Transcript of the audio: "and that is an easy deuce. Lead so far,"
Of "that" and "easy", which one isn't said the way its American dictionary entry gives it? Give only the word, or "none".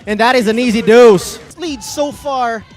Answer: none